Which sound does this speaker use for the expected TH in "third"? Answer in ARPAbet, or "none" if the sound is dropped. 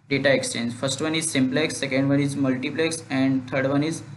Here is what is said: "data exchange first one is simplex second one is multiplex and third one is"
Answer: T